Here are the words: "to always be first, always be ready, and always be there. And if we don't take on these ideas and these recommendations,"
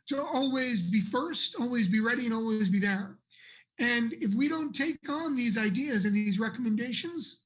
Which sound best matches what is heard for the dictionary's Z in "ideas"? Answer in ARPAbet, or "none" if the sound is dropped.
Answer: Z